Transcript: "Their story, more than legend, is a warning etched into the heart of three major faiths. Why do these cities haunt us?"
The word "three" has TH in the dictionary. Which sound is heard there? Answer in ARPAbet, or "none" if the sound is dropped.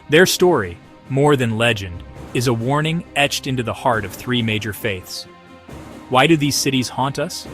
TH